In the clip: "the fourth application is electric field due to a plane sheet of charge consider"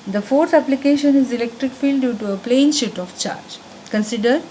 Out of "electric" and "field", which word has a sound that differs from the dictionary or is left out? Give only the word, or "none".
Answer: none